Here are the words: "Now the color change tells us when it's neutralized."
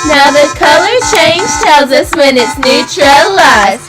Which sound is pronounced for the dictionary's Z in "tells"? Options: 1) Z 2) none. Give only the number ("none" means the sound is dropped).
1